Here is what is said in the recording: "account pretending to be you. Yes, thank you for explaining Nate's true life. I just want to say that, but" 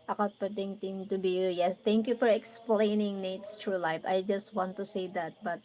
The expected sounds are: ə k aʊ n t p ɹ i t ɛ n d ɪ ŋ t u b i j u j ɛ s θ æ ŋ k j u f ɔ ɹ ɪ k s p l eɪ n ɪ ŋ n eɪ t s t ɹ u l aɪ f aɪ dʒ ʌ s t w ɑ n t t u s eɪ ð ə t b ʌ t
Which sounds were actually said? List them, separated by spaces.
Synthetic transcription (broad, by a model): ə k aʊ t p ɹ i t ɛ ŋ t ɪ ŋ t u b i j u j ɛ s t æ ŋ k j u f ɔ ɹ ɪ k s p l eɪ n ɪ ŋ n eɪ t s t ɹ u l aɪ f aɪ dʒ ʌ s t w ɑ n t t u s eɪ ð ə t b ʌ t